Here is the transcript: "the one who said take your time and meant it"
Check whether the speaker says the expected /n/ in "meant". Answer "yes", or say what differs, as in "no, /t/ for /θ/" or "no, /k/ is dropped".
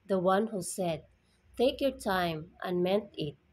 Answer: yes